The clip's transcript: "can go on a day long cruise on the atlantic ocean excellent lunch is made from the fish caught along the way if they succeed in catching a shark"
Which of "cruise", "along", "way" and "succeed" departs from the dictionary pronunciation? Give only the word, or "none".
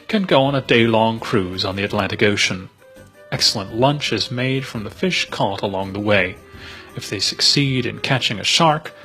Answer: none